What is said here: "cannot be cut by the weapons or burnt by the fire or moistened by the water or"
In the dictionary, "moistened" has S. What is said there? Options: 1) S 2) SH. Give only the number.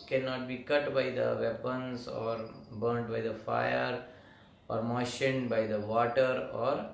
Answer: 2